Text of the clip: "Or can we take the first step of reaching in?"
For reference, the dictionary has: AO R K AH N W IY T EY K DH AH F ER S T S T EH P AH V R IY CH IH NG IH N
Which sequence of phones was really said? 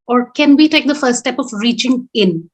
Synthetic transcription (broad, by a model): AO R K AH N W IY T EY K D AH F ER T S T EH P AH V R IY CH IH NG IH N